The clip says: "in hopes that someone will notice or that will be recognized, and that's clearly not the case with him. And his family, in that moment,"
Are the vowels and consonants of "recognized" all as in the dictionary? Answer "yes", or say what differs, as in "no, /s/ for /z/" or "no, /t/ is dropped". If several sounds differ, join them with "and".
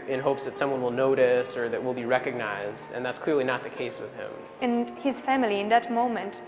yes